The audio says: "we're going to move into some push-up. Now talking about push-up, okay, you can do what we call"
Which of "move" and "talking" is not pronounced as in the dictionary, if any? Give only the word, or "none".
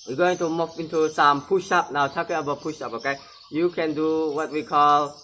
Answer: move